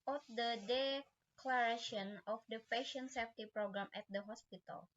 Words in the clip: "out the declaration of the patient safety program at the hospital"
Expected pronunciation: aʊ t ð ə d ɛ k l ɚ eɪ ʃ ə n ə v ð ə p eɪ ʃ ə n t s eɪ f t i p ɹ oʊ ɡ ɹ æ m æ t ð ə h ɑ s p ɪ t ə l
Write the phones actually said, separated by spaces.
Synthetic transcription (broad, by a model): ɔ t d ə d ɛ k l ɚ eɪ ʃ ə n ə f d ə f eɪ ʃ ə n s eɪ f t i p ɹ oʊ ɡ ɹ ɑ m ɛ t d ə h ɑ s p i t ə l